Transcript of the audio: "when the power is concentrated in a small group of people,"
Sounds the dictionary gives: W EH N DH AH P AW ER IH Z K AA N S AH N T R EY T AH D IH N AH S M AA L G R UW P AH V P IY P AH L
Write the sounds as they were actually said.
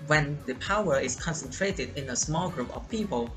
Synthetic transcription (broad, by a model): W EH N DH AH P AW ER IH S K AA N S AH N T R EY T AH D IH N AH S M AA L G R UW P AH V P IY P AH L